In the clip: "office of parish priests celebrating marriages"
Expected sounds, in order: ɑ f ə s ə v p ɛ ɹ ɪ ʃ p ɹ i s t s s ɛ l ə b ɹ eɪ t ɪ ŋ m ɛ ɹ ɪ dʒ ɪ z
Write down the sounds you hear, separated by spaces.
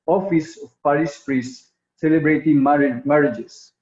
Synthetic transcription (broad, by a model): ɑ f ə s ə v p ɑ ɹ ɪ s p ɹ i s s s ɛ l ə b ɹ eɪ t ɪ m m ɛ ɹ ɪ dʒ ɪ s